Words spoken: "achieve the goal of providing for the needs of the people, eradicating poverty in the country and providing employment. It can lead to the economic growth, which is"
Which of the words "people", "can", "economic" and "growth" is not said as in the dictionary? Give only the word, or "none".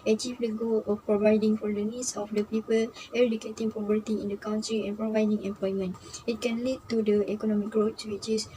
growth